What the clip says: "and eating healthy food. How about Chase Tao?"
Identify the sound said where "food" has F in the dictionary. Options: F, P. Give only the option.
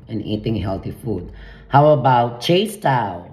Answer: F